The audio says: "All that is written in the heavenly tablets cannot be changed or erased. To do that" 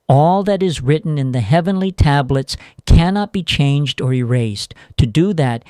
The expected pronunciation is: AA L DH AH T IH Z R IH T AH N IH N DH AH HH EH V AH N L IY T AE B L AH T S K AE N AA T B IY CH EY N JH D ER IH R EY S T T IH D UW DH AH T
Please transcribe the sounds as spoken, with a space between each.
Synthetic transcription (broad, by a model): AA L DH AH T IH Z R IH T N IH N DH AH HH EH V AH N L IY T AE B L AH T S K AE N AA T B IY CH EY N JH D ER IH R EY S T T IH D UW DH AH T